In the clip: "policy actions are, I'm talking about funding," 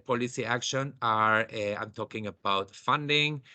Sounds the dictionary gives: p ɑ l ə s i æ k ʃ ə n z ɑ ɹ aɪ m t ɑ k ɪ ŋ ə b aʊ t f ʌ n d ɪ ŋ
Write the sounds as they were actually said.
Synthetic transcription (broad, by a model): p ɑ l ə s i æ k ʃ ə n ɑ ɹ aɪ m t ɑ k ɪ ŋ ə b aʊ t f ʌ n d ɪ ŋ